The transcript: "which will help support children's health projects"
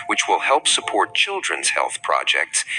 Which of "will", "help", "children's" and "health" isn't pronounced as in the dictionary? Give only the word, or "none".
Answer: none